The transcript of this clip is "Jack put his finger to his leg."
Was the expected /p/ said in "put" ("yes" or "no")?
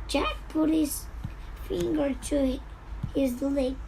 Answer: yes